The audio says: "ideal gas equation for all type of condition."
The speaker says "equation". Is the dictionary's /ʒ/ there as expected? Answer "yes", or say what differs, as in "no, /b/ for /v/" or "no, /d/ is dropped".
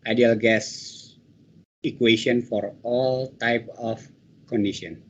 no, /s/ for /ʒ/